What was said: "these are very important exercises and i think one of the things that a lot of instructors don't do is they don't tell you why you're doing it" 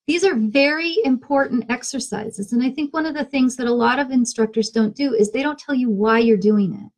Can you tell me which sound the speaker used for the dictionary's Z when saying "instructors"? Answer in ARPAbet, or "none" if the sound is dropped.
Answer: Z